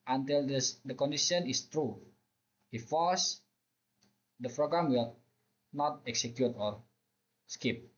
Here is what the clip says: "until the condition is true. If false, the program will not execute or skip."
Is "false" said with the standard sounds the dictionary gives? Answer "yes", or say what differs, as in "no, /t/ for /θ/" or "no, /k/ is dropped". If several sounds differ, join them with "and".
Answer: no, /l/ is dropped